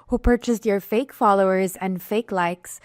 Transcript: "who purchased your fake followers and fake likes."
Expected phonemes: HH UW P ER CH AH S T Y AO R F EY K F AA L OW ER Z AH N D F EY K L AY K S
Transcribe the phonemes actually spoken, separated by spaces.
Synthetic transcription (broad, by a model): HH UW P ER CH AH S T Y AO R F EY K F AA L OW ER Z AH N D F EY K L AY K S